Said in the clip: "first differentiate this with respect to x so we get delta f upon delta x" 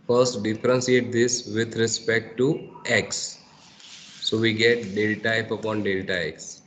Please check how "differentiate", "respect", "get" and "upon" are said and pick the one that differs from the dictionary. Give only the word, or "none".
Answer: differentiate